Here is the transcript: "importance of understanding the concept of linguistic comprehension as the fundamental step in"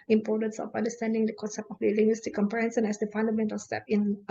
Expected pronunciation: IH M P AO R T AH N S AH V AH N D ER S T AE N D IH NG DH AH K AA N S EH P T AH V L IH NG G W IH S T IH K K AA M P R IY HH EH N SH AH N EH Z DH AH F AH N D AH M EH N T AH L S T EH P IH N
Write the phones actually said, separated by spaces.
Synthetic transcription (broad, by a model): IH M P AO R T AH N S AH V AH N D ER S T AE N D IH NG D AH K AA N S EH P T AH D L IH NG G W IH S T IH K K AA M P R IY HH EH N S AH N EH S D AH F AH N D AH M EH N T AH L S T EH P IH N